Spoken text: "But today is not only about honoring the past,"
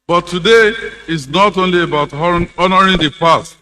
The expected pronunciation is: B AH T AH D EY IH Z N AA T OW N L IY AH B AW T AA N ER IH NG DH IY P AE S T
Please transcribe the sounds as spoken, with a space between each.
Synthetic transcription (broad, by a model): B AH T AH D EY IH S N AA T OW N L IY AH B AW T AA N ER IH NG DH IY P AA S T